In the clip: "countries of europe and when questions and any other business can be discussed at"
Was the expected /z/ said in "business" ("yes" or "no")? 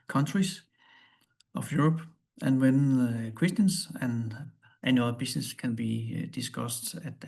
no